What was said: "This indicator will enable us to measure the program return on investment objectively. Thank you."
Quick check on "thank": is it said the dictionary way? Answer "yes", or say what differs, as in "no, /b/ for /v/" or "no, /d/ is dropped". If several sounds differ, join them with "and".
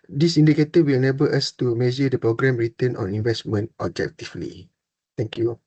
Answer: no, /t/ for /θ/